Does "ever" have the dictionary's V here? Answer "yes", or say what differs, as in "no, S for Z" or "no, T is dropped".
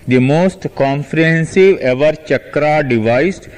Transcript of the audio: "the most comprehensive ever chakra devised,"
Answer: yes